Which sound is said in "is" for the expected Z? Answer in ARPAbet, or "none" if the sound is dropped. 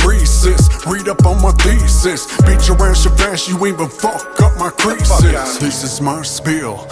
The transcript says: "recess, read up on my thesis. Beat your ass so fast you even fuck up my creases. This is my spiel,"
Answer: Z